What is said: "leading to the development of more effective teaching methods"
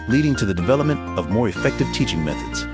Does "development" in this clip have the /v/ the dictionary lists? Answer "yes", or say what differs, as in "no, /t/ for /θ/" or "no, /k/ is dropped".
yes